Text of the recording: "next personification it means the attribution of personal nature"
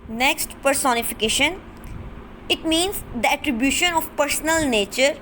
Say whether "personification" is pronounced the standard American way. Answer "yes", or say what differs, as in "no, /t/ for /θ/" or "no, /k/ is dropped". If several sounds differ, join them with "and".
yes